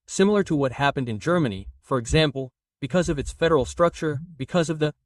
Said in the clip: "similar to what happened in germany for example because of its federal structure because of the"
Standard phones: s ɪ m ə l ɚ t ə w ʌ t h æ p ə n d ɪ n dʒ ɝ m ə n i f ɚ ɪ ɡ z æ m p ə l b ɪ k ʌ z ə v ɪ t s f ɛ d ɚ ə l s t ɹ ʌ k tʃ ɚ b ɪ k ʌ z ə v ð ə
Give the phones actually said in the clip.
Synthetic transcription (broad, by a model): s ɪ m l ɚ t ə w ʌ t h æ p ə n d ɪ n dʒ ɝ m ə n i f ɚ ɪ ɡ z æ m p l b ɪ k ʌ z ə v ɪ t s f ɛ d ɚ l s t ɹ ʌ k tʃ ɚ b ɪ k ʌ z ə v ð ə